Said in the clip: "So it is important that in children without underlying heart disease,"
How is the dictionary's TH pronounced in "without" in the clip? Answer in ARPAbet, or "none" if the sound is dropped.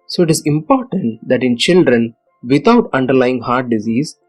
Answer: T